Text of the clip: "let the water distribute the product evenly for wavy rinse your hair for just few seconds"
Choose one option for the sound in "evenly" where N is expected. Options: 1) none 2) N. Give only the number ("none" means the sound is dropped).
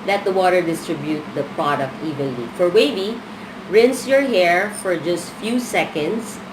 1